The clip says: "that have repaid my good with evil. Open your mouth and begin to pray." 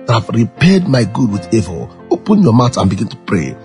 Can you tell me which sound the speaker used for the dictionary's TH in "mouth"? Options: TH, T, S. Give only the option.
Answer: T